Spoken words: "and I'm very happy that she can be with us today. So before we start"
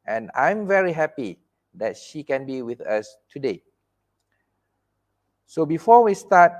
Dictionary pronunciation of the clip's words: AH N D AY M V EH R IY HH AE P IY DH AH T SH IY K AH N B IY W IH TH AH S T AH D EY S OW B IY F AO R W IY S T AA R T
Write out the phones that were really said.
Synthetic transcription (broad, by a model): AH N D AY M V EH R IY HH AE P IY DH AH T SH IY K AH N B IY W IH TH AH S T AH D EY S OW B IY F AO W IY S T AA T